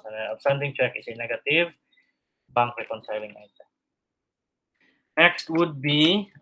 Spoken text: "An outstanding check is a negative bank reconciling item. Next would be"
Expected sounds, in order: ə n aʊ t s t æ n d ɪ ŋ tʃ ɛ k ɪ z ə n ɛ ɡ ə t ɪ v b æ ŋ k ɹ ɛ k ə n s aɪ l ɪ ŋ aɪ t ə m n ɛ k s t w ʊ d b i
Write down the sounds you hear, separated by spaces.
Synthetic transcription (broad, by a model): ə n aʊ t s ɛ n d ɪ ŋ tʃ ɛ k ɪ s ə n ɛ ɡ ə t ɪ v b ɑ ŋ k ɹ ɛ k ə n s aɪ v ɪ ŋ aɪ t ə n ɛ k s t w ʊ d b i